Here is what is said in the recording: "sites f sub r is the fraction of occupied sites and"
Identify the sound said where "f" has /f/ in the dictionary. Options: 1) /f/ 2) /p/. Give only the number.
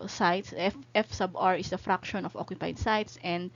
1